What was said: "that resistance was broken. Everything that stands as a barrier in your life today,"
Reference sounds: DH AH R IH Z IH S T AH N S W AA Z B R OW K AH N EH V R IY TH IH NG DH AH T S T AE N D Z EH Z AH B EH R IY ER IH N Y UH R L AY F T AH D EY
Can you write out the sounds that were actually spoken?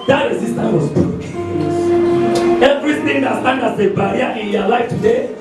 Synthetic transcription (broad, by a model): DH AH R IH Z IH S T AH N W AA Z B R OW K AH EH V R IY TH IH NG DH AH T S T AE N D AA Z AH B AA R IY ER IH N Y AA L AY F T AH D EY